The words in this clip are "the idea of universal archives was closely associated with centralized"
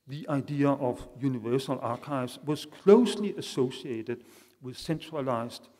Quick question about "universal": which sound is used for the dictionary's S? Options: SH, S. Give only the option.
S